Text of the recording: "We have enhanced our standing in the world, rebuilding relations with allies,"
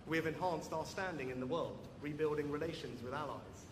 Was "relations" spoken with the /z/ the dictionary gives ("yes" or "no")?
yes